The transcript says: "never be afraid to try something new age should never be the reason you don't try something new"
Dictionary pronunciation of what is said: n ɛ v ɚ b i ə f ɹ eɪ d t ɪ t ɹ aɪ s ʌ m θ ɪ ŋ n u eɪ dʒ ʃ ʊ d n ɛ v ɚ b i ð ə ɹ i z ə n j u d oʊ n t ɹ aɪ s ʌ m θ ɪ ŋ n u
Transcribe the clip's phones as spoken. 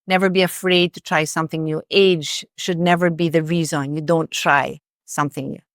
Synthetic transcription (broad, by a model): n ɛ v ɚ b i ə f ɹ eɪ d t ɪ t ɹ aɪ s ʌ m θ ɪ ŋ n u eɪ dʒ ʃ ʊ d n ɛ v ɚ b i ð ə ɹ i z ə n j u d oʊ n t ɹ aɪ s ʌ m θ ɪ ŋ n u